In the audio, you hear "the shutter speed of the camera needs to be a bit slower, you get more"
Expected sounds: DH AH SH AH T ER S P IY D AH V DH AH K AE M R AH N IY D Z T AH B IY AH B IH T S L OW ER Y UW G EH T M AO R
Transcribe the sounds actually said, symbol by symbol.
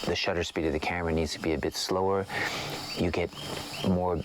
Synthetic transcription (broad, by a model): DH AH SH AH T ER S P IY D AH V DH AH K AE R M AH N IY D Z T AH B IY AH B IH T S L OW ER Y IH G EH T M AO R